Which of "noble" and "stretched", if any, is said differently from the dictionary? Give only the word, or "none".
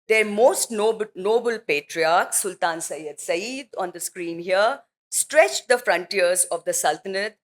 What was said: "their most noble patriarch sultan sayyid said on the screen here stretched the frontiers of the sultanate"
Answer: none